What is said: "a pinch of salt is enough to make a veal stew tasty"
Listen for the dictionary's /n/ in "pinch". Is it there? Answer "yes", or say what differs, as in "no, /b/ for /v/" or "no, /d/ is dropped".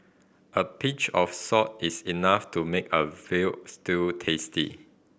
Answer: no, /n/ is dropped